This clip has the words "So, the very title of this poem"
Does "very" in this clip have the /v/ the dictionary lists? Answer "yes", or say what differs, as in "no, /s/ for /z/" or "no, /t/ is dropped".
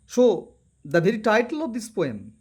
no, /b/ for /v/